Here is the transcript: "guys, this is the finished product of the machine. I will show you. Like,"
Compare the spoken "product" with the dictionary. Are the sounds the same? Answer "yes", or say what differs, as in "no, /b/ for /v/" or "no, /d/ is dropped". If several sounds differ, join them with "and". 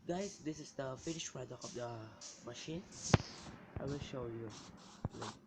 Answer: no, /t/ is dropped